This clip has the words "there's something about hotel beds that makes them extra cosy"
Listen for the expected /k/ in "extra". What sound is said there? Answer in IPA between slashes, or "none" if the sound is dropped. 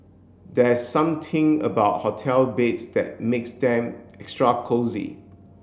/k/